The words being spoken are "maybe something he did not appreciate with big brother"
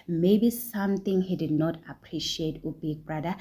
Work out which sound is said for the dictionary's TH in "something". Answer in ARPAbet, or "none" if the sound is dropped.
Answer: T